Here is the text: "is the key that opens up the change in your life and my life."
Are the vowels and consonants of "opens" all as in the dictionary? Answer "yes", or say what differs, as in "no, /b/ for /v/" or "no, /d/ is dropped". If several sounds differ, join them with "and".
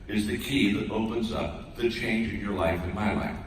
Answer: yes